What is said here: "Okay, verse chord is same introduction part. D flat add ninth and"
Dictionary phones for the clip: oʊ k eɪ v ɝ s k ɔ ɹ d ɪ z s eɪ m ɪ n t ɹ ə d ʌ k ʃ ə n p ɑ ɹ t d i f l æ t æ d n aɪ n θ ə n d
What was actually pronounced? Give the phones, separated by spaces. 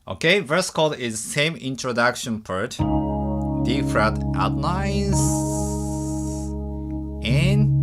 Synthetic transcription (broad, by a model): oʊ k eɪ v ɝ s k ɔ l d ɪ z s eɪ m ɪ n t ɹ ə d ʌ k ʃ ə n p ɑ ɹ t d i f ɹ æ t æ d l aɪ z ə n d